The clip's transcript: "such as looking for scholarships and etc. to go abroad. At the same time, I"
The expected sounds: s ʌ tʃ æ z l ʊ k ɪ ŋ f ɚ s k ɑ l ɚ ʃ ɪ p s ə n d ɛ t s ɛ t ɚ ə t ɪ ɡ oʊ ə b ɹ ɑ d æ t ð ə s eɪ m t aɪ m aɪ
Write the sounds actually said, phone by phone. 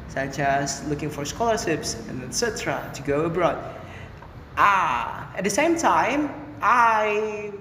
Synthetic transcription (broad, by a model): s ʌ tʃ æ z l ʊ k ɪ ŋ f ɚ s k ɑ l ɚ ʃ ɪ p s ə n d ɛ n s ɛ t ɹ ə t ɪ ɡ oʊ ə b ɹ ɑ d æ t ð ə s eɪ m t aɪ m aɪ